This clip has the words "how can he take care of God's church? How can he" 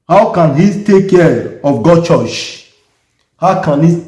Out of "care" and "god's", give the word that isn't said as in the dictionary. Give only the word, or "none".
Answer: god's